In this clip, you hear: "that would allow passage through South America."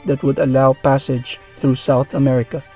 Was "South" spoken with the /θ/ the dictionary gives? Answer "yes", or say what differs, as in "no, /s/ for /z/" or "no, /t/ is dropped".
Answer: yes